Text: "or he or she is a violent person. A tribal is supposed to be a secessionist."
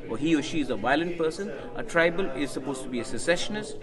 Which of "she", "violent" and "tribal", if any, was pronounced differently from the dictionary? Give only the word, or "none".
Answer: none